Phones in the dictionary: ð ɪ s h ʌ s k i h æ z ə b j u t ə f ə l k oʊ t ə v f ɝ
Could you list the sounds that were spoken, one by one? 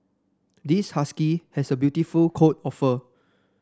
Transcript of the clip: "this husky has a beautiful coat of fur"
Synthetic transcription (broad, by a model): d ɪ s h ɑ s k i h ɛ s ə b j u t ə f ə l k oʊ t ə f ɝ